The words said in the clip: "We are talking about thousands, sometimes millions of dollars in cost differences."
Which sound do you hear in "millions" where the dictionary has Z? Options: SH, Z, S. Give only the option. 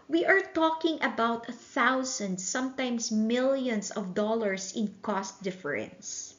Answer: S